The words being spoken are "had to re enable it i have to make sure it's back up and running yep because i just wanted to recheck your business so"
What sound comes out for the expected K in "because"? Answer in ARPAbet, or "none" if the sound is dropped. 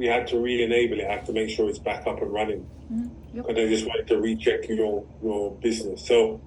none